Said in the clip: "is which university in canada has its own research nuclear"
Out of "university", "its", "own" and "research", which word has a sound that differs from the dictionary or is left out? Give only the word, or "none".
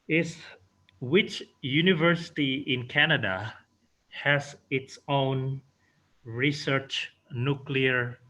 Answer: none